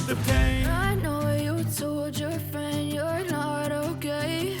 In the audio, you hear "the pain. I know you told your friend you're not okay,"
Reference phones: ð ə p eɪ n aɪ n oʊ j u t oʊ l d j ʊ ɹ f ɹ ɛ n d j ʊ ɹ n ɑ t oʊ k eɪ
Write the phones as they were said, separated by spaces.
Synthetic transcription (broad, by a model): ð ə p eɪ aɪ n oʊ j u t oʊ l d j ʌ ɹ f ɹ ɛ n d j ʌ ɹ n ɑ t oʊ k eɪ